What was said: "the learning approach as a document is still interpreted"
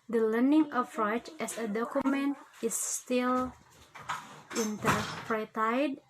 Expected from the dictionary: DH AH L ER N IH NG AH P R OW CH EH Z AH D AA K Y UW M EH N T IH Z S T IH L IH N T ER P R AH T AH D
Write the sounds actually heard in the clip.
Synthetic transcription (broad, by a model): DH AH L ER N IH NG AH F R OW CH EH S AH D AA K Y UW M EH N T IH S T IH L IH N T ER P R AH T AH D